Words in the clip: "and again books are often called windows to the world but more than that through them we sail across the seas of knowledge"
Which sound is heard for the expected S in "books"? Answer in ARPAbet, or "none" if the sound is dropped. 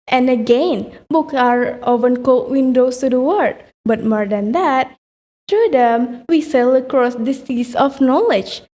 none